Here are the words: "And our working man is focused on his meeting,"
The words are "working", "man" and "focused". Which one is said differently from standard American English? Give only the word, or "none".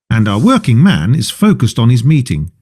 none